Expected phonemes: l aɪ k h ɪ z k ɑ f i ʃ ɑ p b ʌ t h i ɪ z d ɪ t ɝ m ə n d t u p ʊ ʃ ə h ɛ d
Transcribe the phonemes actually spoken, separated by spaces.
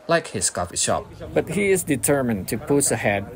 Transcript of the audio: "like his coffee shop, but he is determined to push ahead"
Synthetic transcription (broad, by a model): l aɪ k h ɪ s k ɑ f i ʃ ɑ p b ʌ t h i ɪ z d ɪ t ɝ m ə n t u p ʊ s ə h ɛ d